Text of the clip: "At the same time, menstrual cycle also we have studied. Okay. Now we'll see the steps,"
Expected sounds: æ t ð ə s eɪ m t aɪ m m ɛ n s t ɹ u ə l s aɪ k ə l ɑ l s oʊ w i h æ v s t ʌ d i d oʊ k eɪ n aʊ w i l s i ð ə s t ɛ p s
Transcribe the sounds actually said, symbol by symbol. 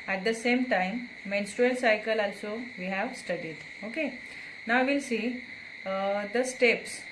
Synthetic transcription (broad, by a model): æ t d ə s eɪ m t aɪ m m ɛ n s t ɹ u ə n s aɪ k ə l ɑ l s oʊ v i h æ v s t ʌ d i d oʊ k eɪ n aʊ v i l s i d ə s t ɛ p s